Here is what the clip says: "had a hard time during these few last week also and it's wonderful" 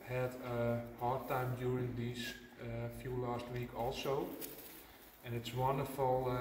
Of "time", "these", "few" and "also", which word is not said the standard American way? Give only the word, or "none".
these